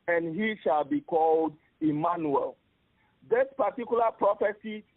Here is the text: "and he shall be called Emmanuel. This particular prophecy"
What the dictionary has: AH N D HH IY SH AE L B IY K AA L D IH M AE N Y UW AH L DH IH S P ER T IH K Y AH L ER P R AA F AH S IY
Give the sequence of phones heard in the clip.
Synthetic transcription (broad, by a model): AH N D HH IY SH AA L B IY K AA L D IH M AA N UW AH L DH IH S P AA T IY K Y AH L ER P R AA F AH S IY